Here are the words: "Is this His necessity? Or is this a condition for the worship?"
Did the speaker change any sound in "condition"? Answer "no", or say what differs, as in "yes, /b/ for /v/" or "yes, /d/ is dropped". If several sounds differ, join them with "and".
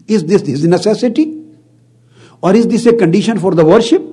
no